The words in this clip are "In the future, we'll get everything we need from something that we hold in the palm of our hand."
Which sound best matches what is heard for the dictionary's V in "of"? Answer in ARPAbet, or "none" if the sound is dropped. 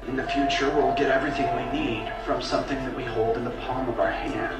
V